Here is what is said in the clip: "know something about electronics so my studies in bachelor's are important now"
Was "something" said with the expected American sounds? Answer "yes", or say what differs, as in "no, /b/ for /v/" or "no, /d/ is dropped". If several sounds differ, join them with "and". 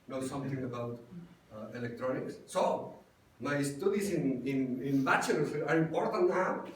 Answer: no, /t/ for /θ/